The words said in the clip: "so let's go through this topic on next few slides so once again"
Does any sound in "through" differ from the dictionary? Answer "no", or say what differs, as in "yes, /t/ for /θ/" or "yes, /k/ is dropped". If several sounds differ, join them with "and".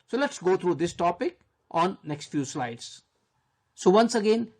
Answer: yes, /t/ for /θ/